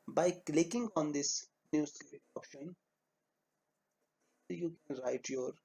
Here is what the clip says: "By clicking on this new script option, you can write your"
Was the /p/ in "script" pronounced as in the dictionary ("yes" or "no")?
no